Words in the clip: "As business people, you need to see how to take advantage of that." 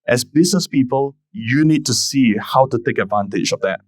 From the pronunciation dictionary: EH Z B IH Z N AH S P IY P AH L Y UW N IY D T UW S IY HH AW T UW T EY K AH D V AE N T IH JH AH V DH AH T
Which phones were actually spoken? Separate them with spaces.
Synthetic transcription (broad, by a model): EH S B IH S N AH S P IY P AH L Y UW N IY D T UW S IY HH AW T UW T EY K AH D V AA N T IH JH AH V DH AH T